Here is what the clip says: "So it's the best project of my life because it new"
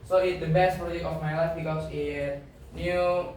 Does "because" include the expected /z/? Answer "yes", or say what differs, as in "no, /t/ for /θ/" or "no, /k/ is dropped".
no, /s/ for /z/